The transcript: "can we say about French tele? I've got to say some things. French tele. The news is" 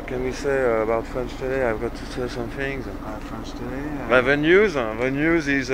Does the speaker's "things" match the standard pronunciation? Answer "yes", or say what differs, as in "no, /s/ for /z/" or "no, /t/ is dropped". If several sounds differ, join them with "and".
yes